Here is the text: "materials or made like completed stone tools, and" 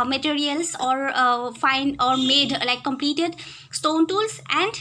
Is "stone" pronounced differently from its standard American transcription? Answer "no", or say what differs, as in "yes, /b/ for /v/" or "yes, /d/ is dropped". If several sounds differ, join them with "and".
no